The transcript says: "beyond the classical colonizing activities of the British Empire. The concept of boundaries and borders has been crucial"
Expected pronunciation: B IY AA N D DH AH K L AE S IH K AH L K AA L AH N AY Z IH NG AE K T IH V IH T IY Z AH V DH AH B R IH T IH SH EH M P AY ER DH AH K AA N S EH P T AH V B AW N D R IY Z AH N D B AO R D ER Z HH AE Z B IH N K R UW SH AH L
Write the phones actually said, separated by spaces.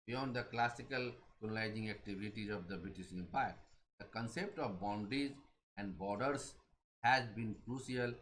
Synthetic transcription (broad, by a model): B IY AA N D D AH K L AE S IH K AH L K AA N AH L AY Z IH NG AE K T IH V IH T IY Z AH V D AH B R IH T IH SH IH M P AY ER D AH K AA N S EH P T AH V B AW N D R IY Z AH N D B AO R D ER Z HH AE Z B IH N K R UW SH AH L